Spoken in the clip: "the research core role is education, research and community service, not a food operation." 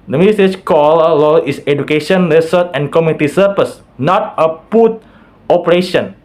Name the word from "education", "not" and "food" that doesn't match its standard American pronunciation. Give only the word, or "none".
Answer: food